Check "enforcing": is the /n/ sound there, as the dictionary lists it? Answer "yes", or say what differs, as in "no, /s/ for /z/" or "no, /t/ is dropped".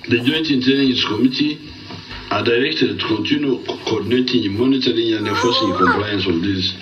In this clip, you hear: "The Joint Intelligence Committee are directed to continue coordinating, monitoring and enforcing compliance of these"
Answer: no, /n/ is dropped